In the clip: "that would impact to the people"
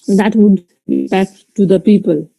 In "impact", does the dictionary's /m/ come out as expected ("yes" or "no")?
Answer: no